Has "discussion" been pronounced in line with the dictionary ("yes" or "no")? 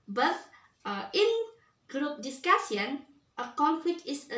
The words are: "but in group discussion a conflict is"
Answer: no